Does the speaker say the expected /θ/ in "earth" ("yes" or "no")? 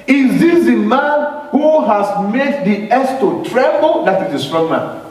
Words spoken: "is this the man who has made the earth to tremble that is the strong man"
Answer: no